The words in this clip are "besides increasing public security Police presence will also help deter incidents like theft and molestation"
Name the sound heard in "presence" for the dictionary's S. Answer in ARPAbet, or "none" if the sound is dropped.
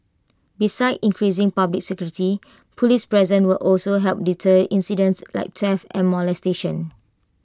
none